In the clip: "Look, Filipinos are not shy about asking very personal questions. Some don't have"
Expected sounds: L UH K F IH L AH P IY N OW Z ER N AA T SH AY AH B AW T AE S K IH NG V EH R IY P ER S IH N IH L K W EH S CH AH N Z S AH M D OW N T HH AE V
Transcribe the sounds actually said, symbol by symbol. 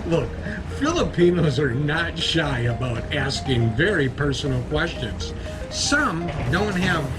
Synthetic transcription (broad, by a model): L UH K F IH L AH P IY N OW Z ER N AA T SH AY AH B AW T AE S K IH NG V EH R IY P ER S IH N L K W EH S CH AH N Z S AH M D OW N T HH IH V